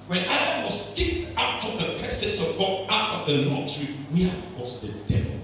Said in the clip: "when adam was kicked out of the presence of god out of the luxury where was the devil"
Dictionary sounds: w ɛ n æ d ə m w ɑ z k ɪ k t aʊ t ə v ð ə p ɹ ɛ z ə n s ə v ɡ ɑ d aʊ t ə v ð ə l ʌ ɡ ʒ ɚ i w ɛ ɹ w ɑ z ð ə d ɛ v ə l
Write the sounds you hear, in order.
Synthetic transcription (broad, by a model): w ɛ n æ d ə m w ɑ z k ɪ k t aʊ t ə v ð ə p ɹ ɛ s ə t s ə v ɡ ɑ aʊ t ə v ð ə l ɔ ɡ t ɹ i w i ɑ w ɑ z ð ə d ɛ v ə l